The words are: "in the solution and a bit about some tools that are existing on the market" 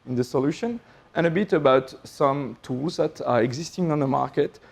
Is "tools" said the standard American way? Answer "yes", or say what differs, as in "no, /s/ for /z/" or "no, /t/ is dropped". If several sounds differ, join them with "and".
yes